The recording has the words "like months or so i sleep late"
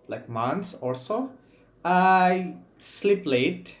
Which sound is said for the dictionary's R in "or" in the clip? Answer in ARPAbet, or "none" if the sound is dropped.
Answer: L